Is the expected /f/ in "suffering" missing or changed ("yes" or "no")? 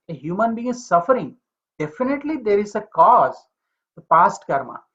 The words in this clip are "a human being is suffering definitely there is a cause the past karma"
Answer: no